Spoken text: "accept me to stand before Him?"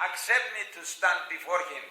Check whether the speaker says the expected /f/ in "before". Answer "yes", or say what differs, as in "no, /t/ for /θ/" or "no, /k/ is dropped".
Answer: yes